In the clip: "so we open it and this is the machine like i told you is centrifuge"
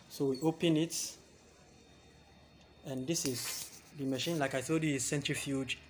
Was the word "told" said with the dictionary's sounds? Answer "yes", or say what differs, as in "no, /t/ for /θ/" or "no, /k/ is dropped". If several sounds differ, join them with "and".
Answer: no, /l/ is dropped